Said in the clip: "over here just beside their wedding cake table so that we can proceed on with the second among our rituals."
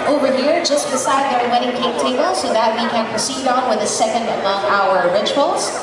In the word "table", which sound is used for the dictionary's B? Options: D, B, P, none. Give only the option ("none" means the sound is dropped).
none